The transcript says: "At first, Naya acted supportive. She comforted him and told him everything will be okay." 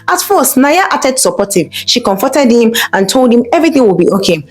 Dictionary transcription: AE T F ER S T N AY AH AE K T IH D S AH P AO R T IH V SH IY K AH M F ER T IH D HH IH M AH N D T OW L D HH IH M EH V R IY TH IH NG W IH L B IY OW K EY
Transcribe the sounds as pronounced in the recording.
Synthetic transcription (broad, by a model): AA T F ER S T N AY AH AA T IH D S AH P AO T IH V SH IY K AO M F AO T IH D HH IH M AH N T OW L D HH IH M EH V R IY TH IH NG W IH L B IY OW K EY